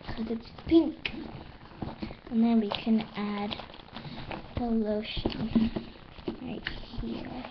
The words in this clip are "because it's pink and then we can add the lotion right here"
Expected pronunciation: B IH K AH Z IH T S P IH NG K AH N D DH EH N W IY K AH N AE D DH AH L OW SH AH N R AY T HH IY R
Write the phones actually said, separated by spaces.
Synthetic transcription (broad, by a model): K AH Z IH T S P IH NG K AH N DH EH N W IY K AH N AE D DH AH L OW SH AH N R AY T HH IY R